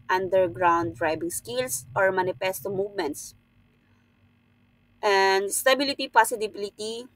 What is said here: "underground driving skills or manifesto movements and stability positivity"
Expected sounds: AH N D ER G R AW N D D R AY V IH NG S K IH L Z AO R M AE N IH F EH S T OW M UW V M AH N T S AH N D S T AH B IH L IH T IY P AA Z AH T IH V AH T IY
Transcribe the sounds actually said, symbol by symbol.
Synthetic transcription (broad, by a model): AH N D ER G R AW N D D R AY B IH NG S K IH L S AO R M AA N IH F EH S T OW M UW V M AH N T S AH N D S T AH B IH L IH T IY P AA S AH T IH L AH T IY